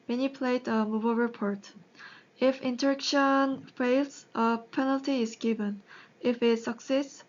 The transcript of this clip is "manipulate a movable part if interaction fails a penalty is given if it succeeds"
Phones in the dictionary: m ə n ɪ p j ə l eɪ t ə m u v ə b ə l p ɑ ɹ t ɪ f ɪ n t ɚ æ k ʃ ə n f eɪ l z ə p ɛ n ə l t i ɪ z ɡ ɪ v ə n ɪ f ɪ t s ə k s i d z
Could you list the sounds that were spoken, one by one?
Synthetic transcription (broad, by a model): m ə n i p l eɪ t ə m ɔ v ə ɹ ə p ɑ ɹ t ɪ f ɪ n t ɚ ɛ k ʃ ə n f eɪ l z ə p ɛ n ə l t i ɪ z ɡ ɪ v ə n ɪ f ɪ t s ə k s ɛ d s